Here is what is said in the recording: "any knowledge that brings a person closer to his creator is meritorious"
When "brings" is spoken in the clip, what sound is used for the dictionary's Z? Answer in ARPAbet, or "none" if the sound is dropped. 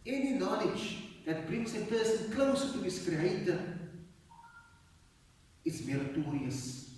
S